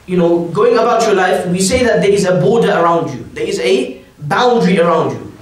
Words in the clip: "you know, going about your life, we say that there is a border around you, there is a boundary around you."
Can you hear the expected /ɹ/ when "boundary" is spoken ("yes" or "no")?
yes